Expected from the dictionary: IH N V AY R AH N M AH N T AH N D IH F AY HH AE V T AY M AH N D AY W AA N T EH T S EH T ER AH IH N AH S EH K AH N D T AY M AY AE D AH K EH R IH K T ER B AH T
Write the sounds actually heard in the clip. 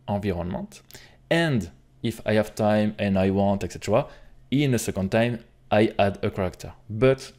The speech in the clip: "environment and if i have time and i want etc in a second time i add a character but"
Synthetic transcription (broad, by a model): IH V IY R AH N M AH T AH N D IH F AY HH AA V T AY M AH N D AY W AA T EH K S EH T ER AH IH N AH S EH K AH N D T AY M AY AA D AH K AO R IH K T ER B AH T